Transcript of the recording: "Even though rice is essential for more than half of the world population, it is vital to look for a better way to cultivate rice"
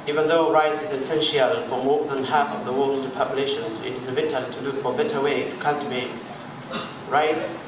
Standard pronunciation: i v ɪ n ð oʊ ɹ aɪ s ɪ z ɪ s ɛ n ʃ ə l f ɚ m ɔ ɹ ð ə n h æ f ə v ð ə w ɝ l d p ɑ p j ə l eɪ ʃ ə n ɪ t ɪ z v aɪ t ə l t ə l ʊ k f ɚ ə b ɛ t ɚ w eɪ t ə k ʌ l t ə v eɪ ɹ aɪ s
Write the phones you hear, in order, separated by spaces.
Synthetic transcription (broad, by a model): i v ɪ n ð oʊ ɹ aɪ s ɪ z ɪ s ɛ n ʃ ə l f ɚ m ɔ ɹ ð ə n h æ f ə v ð ə w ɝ l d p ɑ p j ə l eɪ ʃ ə n ɪ t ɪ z b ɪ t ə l t ə l ʊ k f ɚ ə b ɛ t ɚ w eɪ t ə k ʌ n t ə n ɹ aɪ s